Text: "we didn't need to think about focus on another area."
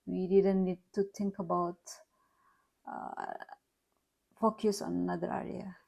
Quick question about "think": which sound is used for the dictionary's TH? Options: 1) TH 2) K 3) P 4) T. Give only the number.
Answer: 4